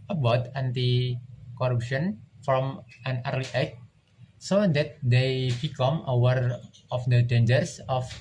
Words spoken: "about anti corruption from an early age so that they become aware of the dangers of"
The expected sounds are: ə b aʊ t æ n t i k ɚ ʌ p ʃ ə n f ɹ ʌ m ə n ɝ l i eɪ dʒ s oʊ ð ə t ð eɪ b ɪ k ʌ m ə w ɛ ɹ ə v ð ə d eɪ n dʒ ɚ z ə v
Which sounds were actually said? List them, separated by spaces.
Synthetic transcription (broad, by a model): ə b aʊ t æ n t i k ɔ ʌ p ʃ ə n f ɹ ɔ m ə n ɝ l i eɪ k s oʊ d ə t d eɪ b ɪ k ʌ m ə w ɛ ɹ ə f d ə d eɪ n dʒ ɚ s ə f